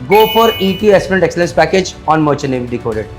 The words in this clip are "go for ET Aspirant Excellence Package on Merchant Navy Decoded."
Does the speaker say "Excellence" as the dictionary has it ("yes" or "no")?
yes